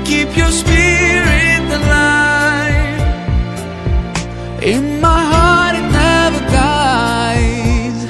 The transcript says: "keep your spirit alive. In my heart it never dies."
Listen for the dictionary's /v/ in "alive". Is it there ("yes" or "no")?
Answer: no